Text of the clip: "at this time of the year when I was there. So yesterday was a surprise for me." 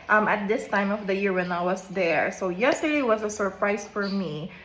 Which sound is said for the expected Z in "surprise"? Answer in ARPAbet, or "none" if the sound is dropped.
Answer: S